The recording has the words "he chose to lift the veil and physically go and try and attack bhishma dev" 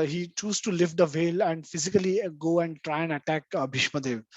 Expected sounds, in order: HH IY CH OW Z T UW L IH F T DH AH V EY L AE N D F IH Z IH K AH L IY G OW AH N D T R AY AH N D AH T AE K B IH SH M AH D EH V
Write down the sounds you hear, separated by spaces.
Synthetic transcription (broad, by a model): HH IY CH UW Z T UW L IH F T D AH V EY L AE N D F IH Z IH K AH L IY G OW AH N D T R AY AH N D AH T AE K B IH SH M AH D EH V